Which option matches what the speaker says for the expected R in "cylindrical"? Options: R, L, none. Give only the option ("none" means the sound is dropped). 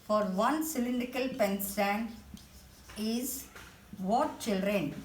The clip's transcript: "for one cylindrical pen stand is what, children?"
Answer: none